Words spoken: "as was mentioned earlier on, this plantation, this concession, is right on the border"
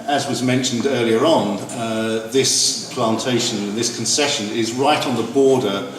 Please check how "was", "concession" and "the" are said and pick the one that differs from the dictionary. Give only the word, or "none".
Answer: none